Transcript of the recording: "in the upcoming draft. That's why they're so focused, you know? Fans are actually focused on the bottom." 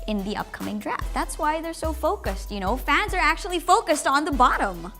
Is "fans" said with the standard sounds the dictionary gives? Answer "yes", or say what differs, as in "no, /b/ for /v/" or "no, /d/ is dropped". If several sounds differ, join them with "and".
yes